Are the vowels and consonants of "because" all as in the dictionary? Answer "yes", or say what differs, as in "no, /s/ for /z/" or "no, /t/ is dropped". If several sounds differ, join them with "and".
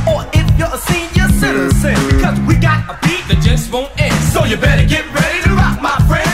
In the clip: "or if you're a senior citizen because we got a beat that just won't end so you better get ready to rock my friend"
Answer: yes